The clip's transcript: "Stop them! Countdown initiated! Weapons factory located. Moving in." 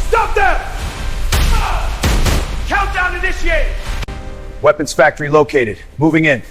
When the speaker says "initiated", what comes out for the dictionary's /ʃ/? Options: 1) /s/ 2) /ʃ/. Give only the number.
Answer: 1